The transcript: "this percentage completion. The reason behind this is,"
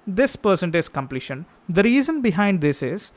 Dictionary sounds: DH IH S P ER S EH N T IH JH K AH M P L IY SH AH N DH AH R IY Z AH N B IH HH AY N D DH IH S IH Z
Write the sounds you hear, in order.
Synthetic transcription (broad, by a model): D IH S P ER S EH N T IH Z K AH M P L IY SH AH N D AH R IY Z AH N B IH HH AY N D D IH S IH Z